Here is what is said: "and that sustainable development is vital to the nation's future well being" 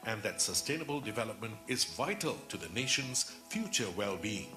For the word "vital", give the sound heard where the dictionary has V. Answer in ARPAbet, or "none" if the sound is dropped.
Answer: V